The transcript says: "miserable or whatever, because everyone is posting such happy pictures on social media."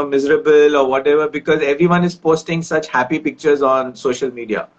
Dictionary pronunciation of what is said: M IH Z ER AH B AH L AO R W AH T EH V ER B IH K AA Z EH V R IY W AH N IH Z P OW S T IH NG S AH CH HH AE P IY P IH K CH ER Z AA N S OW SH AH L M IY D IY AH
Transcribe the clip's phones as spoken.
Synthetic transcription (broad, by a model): M IH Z ER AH B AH L AO R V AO T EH V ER B IH K AA Z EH V R IY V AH N IH Z P OW S T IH NG S AH CH HH AE P IY P IH K CH ER Z AA N S OW SH AH L M IY D IY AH